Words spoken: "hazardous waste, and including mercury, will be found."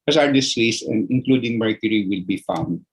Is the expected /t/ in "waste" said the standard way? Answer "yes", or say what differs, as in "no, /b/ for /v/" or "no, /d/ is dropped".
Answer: no, /t/ is dropped